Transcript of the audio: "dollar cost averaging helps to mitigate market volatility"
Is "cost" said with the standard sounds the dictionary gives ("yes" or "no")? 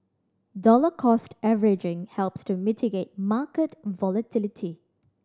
yes